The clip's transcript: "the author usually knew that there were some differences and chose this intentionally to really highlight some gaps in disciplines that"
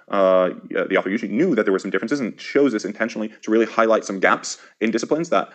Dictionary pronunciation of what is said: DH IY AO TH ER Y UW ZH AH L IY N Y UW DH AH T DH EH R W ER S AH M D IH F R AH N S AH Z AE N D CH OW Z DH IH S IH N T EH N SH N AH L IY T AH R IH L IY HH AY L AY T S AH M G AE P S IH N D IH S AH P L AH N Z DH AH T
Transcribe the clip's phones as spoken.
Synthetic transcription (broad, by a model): DH IY AO TH ER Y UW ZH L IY N Y UW DH AH T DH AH W ER S AH M D IH F R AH N S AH Z N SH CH OW Z DH IH S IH N T EH N SH N L IY T AH R IH L IY HH AY L AY T S AH M G AE P S IH N D IH S AH P L AH N Z DH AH T